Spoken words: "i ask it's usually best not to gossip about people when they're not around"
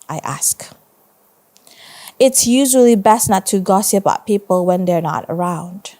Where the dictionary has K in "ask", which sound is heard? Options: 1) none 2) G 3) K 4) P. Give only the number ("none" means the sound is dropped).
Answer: 3